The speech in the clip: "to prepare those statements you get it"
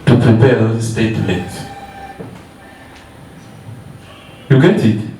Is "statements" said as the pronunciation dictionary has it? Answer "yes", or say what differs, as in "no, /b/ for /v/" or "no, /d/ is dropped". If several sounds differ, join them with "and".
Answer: no, /n/ is dropped